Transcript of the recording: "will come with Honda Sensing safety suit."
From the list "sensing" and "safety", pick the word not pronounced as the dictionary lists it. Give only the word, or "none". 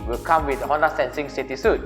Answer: safety